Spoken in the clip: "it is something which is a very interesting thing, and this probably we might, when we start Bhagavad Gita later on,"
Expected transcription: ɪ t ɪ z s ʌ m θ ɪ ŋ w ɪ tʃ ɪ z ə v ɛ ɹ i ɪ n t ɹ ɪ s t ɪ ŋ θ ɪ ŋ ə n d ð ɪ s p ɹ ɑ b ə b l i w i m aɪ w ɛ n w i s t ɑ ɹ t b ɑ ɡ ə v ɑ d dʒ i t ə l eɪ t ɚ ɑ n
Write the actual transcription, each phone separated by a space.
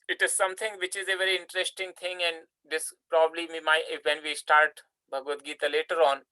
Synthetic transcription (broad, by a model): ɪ t ɪ z s ʌ m t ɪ ŋ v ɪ tʃ ɪ z ə v ɛ ɹ i ɪ n t ɹ ɪ s t ɪ ŋ t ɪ ŋ ə n d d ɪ s p ɹ ɑ b ə b l i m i m aɪ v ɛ n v i s t ɑ ɹ t b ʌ ɡ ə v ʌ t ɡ i t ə l eɪ t ɚ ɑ n